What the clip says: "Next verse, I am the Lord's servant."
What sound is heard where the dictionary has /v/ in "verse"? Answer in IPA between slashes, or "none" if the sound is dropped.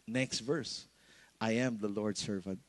/v/